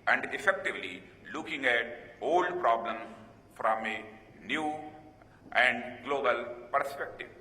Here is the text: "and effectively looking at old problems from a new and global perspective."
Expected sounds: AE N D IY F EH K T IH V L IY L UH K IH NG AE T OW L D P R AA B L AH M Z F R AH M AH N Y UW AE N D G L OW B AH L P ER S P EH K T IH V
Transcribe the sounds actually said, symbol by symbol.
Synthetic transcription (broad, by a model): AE N D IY F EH K T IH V L IY L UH K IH NG AE T OW L D P R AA B L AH M F R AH M AH N Y UW AE N D G L OW B AH L P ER S P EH K T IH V